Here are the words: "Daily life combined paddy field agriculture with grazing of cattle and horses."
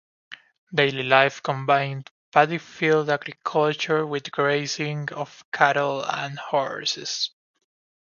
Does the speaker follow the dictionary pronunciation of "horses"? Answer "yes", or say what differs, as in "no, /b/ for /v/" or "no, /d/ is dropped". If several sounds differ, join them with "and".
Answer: no, /s/ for /z/